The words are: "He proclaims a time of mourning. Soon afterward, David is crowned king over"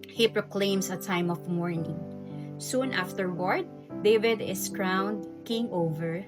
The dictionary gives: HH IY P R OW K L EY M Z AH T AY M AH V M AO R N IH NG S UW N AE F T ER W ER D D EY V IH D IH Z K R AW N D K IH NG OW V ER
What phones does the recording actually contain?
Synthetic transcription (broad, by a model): HH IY P R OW K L EY M S AH T AY M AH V M AO R N IH NG S UW N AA F T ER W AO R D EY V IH D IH S K R AW N D K IH NG OW V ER